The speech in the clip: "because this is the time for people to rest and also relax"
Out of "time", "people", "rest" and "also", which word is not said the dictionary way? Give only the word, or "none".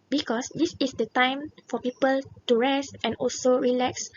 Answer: none